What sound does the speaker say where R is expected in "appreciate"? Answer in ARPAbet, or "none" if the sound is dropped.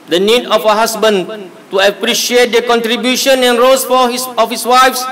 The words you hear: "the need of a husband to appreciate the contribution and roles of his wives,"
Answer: R